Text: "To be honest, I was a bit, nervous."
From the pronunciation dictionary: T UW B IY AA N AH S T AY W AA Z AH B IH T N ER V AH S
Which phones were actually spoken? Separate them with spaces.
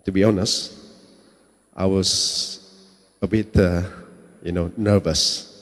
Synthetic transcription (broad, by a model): T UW B IY AA N AH S T AY W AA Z AH B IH T N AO V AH S